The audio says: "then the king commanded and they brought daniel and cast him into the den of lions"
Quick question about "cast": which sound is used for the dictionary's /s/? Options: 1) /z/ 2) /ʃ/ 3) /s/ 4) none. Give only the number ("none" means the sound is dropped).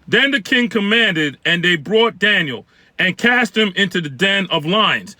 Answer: 3